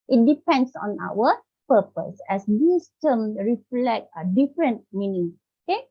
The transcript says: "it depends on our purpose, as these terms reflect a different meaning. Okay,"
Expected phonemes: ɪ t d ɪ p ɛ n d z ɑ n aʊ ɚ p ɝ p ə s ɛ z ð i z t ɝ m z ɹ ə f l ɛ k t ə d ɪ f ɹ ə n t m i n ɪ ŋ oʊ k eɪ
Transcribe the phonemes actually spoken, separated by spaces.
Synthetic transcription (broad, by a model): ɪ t d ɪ p ɛ n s ɑ n aʊ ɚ p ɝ p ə s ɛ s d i s t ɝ m ɹ ə f l ɛ k t ə d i f ɹ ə n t m i n ɪ ŋ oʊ k eɪ